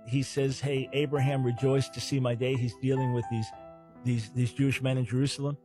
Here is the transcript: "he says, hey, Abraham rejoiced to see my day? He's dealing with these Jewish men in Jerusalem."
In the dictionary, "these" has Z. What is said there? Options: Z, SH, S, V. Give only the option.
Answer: Z